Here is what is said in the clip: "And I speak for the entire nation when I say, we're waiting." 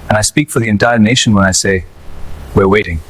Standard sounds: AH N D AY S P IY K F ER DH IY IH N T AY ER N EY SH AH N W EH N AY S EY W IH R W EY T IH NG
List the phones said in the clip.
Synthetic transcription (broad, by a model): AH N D AY S P IY K F ER DH IY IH N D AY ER N EY SH AH N W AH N AY S EY W IH R W EY T IH NG